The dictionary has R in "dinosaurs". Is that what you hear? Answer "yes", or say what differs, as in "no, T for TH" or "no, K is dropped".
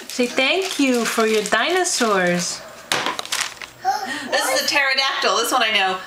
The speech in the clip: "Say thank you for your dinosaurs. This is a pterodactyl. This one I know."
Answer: yes